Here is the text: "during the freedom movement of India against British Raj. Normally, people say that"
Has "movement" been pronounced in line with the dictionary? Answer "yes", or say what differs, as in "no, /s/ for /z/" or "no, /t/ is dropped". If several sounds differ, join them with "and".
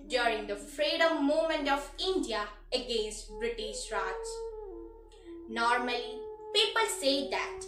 no, /v/ is dropped